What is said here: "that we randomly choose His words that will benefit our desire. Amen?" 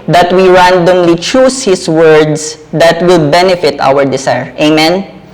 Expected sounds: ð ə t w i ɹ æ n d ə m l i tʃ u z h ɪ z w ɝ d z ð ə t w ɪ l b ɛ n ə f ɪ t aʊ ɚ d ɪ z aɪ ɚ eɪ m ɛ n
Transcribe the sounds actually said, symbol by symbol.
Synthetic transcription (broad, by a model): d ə t w i ɹ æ n d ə m l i tʃ u s h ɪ s w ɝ d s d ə t w ɪ l b ɛ n ə f ɪ t aʊ ɚ d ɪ s aɪ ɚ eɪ m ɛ n